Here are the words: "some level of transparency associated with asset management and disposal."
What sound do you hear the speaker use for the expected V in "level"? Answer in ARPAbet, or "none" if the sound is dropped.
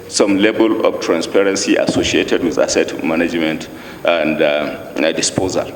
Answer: B